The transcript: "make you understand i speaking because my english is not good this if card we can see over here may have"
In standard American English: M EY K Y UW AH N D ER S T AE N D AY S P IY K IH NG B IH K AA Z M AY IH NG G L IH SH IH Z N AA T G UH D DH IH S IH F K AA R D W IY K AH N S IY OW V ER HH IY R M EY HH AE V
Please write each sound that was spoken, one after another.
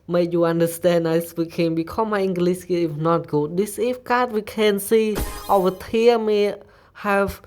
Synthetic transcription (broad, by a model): M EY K Y UW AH N D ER S T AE N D AY S P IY K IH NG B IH K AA M AY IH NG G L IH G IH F N AA T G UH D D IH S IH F K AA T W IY K AH N S IY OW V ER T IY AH M EY HH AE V